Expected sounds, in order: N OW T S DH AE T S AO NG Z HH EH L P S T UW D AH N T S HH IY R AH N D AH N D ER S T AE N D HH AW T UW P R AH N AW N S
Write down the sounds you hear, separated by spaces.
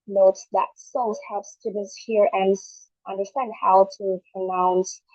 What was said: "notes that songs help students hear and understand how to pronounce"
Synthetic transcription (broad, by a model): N OW T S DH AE T S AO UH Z HH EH P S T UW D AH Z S HH IY R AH N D AH N D ER S T AE N D HH AW T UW P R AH N AW N S